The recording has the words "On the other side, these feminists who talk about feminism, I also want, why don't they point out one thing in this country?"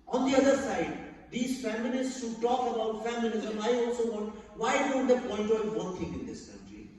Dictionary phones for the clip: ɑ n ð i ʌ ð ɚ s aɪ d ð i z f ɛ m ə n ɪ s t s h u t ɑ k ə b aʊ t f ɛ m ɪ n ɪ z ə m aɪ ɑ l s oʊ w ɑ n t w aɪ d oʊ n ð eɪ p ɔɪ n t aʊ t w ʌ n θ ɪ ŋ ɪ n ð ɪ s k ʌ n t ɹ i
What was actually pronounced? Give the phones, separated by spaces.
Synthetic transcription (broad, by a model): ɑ n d i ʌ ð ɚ s aɪ d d i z f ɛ m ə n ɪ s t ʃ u t ɑ k ə b aʊ t f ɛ m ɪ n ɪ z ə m aɪ ɑ l s oʊ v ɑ n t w aɪ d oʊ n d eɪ p ɔɪ n t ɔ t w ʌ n t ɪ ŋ ɪ n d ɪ s k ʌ n t ɹ i